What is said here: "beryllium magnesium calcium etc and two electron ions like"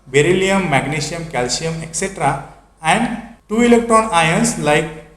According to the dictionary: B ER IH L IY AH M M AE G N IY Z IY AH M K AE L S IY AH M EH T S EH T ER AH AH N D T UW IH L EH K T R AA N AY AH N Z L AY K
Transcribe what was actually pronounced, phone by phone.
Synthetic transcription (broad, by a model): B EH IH L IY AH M M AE G N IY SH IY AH M K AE L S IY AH M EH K S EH T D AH AH N D T UW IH L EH K T AA N AY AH N S L AY K